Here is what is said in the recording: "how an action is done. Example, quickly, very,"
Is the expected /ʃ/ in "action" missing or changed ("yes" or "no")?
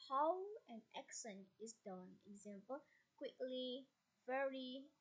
yes